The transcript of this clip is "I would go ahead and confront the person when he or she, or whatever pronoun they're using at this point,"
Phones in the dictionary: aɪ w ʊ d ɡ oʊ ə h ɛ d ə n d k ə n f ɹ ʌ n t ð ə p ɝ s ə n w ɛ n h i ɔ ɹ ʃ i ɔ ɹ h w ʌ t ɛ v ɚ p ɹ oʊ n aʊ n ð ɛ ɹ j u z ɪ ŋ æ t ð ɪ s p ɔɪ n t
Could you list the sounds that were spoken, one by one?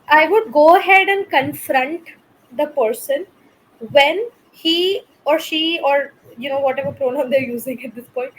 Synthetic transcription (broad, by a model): aɪ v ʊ d ɡ oʊ ə h ɛ d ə n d k ə n f ɹ ʌ n t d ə p ɝ s ə n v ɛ n h i ɔ ɹ ʃ i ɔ ɹ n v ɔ t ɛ v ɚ p ɹ oʊ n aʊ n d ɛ ɹ j u z ɪ ŋ æ t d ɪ s p ɔɪ n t